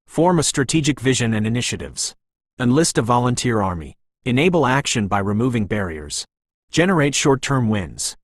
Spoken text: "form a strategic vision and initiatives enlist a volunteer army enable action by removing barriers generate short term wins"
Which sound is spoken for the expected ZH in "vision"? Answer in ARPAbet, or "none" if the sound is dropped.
ZH